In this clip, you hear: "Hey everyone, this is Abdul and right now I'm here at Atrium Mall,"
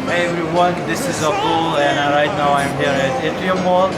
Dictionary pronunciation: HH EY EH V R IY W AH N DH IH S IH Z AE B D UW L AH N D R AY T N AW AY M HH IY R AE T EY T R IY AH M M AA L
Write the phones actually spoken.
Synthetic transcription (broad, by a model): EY EH V R IY W AH N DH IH S IH Z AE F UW L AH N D R AY T N AW AY M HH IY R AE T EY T IY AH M M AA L